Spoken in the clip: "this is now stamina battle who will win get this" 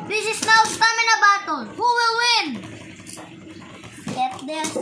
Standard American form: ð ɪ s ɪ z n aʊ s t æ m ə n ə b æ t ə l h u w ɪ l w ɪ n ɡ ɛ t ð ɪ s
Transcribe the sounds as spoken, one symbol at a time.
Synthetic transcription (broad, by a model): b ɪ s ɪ s n aʊ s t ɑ m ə n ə b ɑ t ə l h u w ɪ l w ɪ n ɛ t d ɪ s